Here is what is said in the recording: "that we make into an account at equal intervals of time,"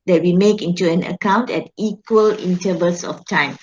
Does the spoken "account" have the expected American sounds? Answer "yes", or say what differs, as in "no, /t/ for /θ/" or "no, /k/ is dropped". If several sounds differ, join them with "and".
yes